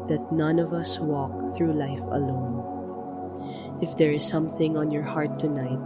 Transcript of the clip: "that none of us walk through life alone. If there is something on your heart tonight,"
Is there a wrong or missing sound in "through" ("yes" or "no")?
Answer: no